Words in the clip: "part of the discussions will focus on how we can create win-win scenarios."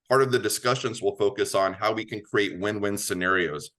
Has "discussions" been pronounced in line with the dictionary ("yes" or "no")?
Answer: yes